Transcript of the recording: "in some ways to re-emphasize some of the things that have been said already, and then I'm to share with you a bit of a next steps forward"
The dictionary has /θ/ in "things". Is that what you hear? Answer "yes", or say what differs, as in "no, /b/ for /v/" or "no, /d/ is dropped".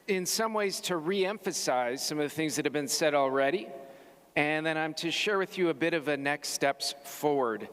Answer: yes